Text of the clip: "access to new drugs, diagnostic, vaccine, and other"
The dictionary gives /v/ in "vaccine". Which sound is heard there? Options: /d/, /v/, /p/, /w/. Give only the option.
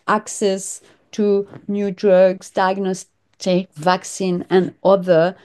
/v/